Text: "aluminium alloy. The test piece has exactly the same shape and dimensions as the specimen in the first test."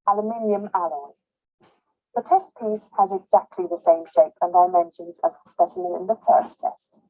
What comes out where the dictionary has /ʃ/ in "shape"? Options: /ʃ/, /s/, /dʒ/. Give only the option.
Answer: /ʃ/